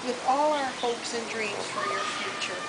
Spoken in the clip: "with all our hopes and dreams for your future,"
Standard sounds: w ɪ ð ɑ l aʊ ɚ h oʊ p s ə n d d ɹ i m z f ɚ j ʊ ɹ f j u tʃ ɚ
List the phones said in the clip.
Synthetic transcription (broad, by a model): w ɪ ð ɑ l aʊ ɚ h oʊ p s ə n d d ɹ i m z f ɚ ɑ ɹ f j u tʃ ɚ